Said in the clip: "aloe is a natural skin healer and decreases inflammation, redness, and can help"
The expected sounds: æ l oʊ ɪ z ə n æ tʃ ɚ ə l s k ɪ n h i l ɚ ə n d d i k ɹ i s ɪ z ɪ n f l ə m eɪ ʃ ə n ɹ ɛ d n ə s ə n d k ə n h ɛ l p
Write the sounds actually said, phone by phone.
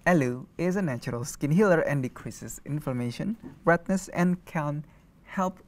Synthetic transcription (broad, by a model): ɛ l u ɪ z ə n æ tʃ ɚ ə l s k ɪ n h i l ɚ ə n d d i k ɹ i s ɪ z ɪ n f ə m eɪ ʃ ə n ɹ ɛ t n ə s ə n k ə n h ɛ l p